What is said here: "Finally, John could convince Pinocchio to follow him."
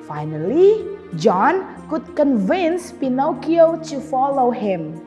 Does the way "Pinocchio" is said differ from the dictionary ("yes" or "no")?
no